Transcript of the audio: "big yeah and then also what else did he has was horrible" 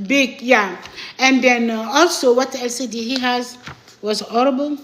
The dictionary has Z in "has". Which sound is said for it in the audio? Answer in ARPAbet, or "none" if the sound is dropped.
Z